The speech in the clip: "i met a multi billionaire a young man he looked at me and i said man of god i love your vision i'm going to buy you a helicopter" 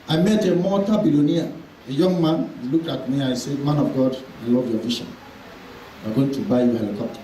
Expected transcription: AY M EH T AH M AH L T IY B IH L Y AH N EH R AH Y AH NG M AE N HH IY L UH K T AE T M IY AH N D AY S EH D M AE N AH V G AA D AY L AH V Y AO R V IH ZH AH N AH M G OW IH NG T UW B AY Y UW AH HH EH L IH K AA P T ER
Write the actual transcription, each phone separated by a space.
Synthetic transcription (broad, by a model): AY M EH T AH M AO T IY B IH L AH N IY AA AH Y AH NG M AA N L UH K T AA T M IY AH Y S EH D M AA N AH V G AA D AY L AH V Y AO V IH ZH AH N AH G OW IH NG T UW B AY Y AH HH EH L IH K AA P T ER